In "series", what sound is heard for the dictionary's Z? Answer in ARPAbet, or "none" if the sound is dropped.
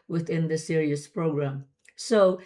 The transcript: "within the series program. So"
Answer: S